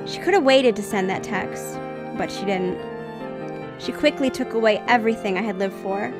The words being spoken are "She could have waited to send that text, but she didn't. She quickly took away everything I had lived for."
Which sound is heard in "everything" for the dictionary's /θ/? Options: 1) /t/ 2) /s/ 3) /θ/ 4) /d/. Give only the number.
3